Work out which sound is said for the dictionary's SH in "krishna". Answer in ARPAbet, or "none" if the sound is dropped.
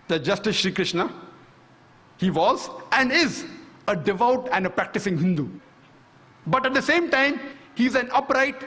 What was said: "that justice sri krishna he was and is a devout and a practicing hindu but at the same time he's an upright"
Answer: SH